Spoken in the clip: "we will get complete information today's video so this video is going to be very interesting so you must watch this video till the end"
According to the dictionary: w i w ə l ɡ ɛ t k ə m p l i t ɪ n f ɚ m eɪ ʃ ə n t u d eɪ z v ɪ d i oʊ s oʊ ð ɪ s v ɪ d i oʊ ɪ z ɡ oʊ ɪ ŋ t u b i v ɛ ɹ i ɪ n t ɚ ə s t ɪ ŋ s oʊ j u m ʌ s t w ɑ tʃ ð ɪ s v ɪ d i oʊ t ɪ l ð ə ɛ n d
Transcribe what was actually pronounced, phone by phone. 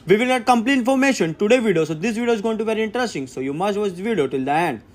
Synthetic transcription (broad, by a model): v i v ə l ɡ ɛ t k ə m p l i ɪ n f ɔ m eɪ ʃ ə n t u d eɪ v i d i oʊ s oʊ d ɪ s v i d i oʊ ɪ z ɡ oʊ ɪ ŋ t u v ɛ ɹ i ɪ n t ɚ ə s t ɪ ŋ s oʊ j u m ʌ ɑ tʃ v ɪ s v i d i oʊ t ɪ l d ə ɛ n d